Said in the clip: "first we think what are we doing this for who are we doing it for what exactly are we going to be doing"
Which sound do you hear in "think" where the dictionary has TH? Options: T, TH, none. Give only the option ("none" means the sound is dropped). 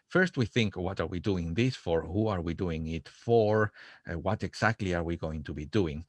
TH